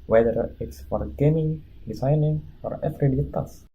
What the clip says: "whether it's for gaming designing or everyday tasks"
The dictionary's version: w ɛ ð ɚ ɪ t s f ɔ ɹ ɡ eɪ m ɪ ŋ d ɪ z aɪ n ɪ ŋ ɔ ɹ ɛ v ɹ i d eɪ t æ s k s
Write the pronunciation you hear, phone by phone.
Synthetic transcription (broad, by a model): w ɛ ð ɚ ɪ t s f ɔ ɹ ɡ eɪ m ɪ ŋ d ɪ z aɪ n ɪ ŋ ɔ ɹ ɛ f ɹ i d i t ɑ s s